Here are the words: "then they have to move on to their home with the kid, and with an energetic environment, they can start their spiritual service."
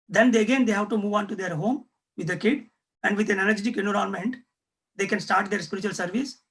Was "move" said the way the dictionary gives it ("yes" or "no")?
yes